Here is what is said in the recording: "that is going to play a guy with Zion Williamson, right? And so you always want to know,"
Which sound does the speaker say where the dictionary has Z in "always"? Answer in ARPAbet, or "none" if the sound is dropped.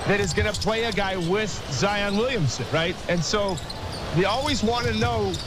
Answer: Z